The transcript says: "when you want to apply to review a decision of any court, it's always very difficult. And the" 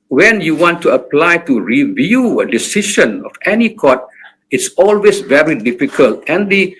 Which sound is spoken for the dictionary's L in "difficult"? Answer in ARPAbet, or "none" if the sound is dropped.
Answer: L